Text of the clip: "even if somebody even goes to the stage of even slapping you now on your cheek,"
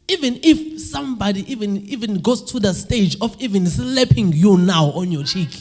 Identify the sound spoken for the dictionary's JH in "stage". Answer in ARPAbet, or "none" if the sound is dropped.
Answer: JH